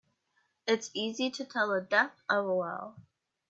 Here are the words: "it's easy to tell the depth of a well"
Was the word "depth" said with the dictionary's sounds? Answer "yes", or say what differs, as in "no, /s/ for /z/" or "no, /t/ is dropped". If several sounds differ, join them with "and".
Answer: no, /p/ is dropped